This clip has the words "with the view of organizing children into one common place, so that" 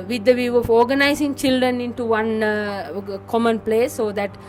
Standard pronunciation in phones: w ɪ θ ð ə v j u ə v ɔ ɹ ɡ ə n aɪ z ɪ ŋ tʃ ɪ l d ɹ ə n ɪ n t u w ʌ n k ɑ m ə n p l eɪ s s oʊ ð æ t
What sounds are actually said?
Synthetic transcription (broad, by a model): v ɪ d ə v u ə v ɔ ɹ ɡ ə n aɪ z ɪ ŋ tʃ ɪ l d ɹ ə n ɪ n t u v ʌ n k ɑ m ə n p l eɪ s s oʊ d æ t